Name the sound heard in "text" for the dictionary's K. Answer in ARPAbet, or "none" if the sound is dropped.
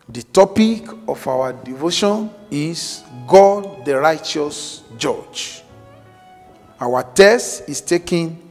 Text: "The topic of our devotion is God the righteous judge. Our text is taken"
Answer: none